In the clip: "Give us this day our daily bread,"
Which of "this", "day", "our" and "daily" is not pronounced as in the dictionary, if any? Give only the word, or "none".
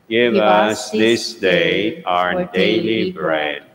none